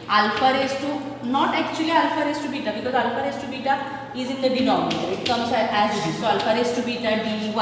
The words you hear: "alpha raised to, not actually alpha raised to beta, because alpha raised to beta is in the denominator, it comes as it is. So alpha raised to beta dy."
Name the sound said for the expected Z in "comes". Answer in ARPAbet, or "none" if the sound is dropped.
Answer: S